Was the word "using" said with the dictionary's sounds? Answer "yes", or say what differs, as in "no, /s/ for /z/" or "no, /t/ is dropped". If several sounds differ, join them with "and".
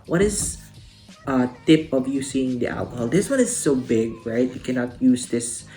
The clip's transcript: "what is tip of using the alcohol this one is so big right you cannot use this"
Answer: no, /s/ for /z/